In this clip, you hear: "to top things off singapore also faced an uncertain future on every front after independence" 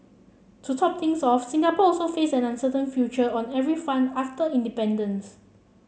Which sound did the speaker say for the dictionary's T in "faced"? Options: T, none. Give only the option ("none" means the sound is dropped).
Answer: none